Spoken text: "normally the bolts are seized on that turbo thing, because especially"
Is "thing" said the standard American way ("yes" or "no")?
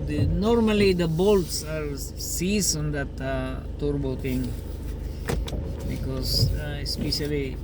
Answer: no